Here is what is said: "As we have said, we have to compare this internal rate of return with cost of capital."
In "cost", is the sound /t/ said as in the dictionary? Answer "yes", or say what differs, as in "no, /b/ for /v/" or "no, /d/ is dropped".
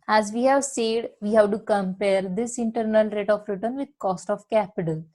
yes